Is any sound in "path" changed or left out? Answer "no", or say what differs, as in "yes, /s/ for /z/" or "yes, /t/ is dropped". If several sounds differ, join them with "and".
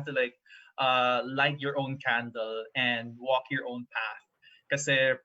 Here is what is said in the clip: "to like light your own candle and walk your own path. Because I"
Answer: no